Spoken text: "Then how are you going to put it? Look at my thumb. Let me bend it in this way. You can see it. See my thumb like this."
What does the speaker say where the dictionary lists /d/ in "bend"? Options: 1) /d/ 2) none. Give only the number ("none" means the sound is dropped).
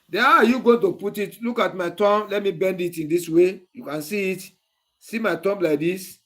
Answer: 1